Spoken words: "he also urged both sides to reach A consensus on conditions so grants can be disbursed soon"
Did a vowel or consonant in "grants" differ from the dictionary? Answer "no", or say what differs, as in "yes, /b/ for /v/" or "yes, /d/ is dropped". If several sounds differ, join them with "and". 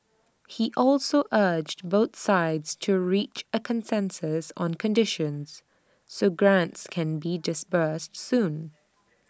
no